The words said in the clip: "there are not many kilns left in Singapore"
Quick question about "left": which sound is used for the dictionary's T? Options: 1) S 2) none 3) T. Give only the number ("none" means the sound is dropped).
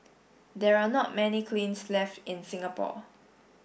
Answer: 3